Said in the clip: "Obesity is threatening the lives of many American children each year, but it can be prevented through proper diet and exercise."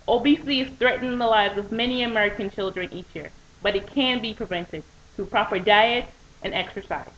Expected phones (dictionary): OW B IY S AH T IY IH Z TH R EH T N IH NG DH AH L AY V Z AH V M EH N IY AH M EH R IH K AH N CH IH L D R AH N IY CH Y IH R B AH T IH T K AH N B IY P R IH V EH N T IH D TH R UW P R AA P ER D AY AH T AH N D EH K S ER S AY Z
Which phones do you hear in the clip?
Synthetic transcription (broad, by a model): OW B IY S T IY IH Z TH R EH T N IH NG DH AH L AY V Z AH V M EH N IY AH M EH R IH K AH N CH IH L D R AH N IY CH Y IH R B AH T IH T K AH N B IY P R IH V EH N T IH D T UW P R AA P ER D AY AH T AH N EH K S ER S AY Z